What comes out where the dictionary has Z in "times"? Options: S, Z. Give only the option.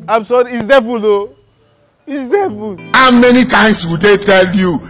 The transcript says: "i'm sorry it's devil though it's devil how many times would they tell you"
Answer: S